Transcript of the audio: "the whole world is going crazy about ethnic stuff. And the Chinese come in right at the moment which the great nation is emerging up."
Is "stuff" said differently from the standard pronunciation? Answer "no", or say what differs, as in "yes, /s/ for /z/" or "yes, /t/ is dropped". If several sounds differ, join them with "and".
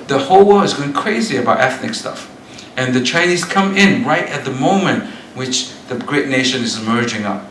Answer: no